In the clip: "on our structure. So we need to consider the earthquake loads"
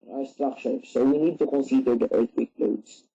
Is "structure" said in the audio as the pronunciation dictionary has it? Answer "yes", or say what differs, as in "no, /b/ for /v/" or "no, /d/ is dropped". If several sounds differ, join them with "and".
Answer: no, /ʃ/ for /tʃ/